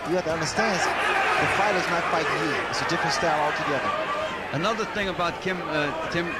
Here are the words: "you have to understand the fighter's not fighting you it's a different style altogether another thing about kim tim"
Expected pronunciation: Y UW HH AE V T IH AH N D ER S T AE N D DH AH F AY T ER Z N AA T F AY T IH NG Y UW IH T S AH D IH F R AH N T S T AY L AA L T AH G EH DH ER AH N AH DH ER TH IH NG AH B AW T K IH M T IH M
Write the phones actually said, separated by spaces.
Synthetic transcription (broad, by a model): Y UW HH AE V T IH AH N D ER S T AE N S DH AH F AY T ER Z N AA T F AY T IH NG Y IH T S AH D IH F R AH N S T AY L AA L T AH G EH DH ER AH N AH DH ER TH IH NG AH B AW T K IH M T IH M